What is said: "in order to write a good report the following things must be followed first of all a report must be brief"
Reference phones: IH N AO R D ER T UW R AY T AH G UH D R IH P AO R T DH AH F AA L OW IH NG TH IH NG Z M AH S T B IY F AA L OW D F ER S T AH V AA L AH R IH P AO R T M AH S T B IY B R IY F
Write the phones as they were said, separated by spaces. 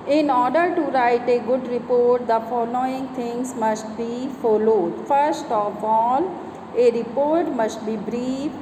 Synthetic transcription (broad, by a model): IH N AO R D ER T UW R AY T AH G UH D R IH P AO R T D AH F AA L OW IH NG T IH NG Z M AH S T B IY F AA L OW D F ER S T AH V AA L AH R IH P AO R T M AH S T B IY B R IY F